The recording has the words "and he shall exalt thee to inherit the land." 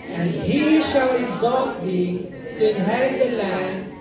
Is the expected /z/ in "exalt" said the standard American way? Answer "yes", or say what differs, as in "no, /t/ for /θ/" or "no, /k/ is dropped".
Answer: yes